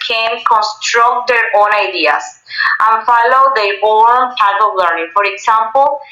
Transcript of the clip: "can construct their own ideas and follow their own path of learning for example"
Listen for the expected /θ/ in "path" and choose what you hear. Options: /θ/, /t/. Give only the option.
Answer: /t/